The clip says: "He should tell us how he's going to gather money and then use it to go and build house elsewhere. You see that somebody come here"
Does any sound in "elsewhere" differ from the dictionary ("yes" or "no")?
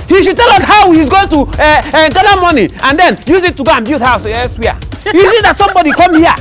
yes